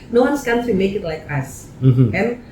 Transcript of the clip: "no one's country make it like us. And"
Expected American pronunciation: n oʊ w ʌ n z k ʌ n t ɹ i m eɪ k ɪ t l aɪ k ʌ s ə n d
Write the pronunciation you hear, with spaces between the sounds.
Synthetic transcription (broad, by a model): n oʊ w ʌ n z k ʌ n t i m eɪ k ɪ t l aɪ k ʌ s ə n